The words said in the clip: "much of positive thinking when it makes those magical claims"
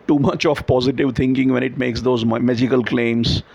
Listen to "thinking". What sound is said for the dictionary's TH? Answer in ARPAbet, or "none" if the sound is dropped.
T